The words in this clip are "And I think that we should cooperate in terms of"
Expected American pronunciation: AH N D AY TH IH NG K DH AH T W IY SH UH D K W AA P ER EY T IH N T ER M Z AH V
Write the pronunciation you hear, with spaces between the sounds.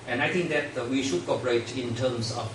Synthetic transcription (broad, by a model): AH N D AY T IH NG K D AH T W IY SH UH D K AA P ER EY T IH N T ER M S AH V